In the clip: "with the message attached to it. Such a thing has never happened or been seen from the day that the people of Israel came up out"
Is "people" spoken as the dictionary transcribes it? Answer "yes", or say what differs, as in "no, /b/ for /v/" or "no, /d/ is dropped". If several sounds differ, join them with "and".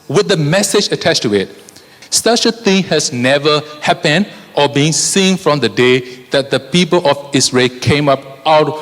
yes